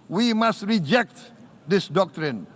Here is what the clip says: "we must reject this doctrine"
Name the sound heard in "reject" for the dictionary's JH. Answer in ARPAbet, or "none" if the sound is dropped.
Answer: JH